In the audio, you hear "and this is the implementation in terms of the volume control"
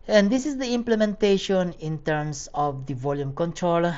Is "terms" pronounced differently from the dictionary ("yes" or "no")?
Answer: yes